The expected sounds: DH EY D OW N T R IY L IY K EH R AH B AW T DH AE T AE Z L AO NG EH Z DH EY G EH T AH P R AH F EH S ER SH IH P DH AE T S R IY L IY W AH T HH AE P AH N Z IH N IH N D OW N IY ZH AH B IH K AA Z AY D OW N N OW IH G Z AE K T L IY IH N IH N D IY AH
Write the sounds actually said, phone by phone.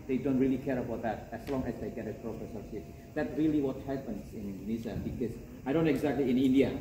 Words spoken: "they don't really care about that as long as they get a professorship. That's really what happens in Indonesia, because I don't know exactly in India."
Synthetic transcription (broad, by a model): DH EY D OW N T R IY L IY K EH R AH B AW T DH AE T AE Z L AO NG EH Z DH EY G EH T AH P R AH P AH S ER S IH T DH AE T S R IY L IY W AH T HH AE P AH N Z IH N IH N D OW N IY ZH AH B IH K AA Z AY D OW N N OW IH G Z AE K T L IY IH N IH N D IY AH